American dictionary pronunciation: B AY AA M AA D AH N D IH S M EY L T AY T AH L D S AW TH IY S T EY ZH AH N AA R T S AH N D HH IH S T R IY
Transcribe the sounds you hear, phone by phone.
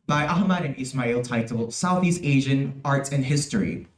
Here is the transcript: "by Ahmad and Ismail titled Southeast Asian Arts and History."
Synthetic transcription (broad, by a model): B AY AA M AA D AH N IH S M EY L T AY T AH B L S AW TH IY S T EY ZH AH N AA R T S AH N HH IH S T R IY